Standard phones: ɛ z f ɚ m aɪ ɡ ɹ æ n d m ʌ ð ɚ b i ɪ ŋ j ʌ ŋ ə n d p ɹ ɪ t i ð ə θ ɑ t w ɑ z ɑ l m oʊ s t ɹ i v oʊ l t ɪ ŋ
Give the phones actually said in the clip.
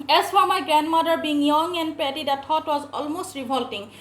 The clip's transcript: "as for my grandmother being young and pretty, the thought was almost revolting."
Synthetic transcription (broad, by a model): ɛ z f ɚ m aɪ ɡ ɹ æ n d m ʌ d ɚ b i ɪ ŋ j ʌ ŋ ə n d p ɛ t i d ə t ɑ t w ɑ z ɑ l m oʊ s t ɹ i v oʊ l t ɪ ŋ